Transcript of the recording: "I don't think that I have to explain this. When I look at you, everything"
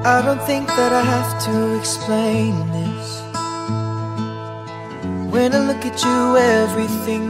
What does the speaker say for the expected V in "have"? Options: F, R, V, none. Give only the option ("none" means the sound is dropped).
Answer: F